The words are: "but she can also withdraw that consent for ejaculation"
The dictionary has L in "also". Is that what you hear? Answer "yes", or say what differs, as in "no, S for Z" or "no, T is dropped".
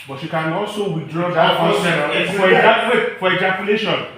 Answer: no, L is dropped